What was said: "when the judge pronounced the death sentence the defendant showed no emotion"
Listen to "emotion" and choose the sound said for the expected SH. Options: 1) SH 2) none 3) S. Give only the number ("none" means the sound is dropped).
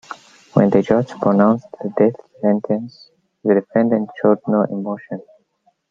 1